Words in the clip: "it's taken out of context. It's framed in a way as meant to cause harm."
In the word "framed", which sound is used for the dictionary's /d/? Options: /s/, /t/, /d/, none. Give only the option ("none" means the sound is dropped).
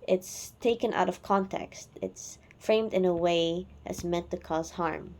/d/